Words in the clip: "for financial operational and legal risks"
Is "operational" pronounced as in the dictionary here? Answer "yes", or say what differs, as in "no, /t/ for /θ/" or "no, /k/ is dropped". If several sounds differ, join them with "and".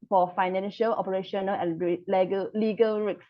no, /n/ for /l/